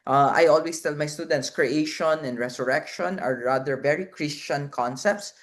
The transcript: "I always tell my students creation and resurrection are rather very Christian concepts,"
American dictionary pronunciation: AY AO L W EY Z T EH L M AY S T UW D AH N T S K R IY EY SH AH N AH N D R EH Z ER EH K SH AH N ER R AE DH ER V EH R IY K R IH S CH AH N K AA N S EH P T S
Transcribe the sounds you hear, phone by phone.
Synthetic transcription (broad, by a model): AY AO L W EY S T EH L M AY S T UW D AH N T S K R IY EY SH AH N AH N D R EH S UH EH K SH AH N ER R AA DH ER V EH R IY K R IH S CH AH N K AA N S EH P T S